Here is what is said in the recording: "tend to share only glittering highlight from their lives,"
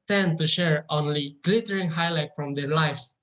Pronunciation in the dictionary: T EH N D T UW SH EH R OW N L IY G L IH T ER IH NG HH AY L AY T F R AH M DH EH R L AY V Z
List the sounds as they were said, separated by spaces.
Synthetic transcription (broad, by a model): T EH N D T UW SH EH R OW N L IY G L IH T ER IH NG HH AY L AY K F R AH M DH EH R L AY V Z